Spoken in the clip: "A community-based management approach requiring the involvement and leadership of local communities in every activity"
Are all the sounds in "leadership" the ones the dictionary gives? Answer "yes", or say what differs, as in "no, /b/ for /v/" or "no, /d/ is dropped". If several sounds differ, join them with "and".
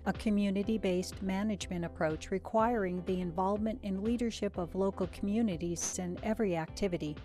yes